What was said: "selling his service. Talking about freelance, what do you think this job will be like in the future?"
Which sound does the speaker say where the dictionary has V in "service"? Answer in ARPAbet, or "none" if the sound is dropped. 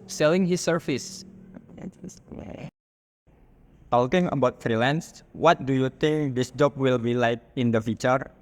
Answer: F